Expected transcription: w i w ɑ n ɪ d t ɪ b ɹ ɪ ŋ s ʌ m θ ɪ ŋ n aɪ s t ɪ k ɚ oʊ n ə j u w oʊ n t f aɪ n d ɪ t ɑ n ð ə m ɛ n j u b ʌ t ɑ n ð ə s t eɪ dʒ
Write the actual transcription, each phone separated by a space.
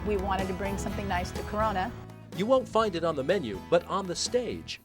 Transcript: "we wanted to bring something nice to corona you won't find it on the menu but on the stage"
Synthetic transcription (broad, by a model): w i w ɑ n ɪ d t ɪ b ɹ ɪ ŋ s ʌ m θ ɪ ŋ n aɪ s t ɪ k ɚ oʊ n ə j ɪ w oʊ n t f aɪ n d ɪ t n ð ə m ɛ n j u b ʌ t n ð ə s t eɪ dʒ